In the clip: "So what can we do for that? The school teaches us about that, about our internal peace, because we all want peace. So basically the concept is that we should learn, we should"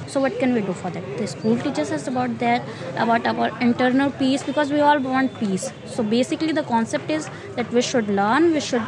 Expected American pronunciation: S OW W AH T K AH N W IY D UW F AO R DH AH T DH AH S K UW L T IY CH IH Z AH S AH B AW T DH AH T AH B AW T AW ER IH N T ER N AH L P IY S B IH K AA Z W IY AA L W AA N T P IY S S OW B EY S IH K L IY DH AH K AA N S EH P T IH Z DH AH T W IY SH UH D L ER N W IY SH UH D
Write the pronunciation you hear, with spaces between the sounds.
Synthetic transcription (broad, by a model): S OW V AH T K AH N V IY D UW F AO R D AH T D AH S K UW L T IY CH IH S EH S AH B AW T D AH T AH B AW T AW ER IH N T ER N AH L P IY S B IH K AA Z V IY AA L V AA N T P IY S S OW B EY S IH K L IY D AH K AA N S EH P T IH Z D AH T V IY SH UH D L ER N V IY SH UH D